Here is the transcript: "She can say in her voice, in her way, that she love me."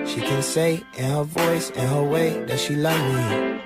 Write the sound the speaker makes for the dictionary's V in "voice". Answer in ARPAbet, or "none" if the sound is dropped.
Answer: V